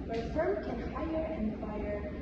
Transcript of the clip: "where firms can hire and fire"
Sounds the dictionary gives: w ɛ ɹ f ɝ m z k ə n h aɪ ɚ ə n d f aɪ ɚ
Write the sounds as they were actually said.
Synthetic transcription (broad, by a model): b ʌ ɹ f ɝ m k ə n h aɪ ɚ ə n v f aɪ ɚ